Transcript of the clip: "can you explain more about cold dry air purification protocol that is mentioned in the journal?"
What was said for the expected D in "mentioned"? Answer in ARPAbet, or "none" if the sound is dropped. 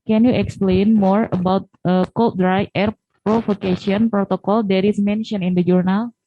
none